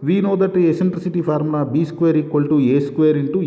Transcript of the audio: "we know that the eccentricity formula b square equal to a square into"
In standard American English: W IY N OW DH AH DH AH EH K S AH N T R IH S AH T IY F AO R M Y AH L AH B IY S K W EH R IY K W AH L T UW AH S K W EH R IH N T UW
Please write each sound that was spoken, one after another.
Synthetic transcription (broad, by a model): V IY N OW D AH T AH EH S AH N T R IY S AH T IY P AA R M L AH B IY S K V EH R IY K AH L T UW AH S K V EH R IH N T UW